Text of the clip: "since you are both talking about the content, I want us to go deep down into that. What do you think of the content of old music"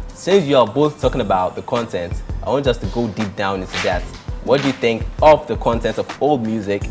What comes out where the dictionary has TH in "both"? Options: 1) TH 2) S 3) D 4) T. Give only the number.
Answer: 1